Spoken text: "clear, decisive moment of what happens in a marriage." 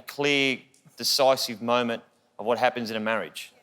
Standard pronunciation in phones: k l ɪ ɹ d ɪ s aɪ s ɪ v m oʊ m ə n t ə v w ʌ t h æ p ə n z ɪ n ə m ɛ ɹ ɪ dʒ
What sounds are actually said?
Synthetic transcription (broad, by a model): k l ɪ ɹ d ɪ s aɪ s ɪ v m oʊ m ə n t ə v w ʌ t h æ p ə n z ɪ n ə m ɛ ɹ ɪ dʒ